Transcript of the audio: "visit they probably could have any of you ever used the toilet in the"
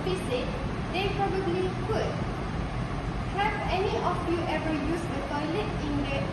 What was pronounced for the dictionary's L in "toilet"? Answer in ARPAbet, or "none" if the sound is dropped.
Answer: L